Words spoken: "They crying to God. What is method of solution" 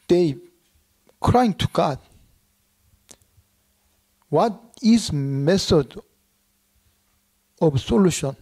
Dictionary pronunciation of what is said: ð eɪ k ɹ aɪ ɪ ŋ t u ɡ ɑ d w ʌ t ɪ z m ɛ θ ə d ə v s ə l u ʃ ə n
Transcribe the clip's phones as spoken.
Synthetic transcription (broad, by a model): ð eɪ k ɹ aɪ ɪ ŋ t u ɡ ɑ d w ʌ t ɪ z m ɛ s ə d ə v s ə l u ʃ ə n